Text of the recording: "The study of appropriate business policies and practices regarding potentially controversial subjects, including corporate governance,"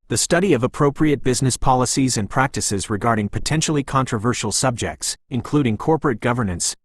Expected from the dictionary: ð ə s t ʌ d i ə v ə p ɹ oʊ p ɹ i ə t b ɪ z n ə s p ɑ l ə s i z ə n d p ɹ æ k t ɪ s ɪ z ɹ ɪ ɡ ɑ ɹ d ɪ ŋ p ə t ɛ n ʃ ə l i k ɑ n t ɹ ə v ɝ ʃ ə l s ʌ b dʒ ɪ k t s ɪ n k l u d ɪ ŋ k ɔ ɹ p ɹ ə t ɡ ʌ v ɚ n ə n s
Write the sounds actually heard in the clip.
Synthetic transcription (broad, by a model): ð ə s t ʌ d i ə v ə p ɹ oʊ p ɹ i ə t b ɪ z n ə s p ɑ l ə s i z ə n p ɹ æ k t ɪ s ɪ z ɹ ɪ ɡ ɑ ɹ d ɪ ŋ p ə t ɛ n ʃ l i k ɑ n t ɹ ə v ɝ ʃ l s ʌ b dʒ ɪ k t s ɪ n k l u d ɪ ŋ k ɔ ɹ p ɹ ə t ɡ ʌ v ɚ n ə n s